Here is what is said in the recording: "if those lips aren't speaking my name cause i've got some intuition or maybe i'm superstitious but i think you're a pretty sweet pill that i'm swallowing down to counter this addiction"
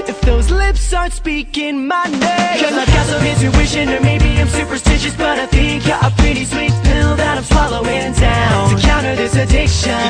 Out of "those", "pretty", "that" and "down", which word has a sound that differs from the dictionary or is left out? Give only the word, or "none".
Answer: none